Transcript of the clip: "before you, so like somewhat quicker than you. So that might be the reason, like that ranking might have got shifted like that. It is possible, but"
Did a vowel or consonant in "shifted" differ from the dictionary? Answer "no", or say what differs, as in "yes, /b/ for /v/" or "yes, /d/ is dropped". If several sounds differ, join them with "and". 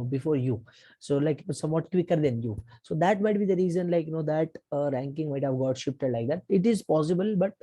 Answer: yes, /p/ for /f/